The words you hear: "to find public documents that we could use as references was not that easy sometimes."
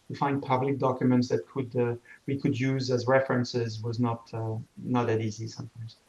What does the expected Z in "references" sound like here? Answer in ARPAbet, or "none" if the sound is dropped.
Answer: Z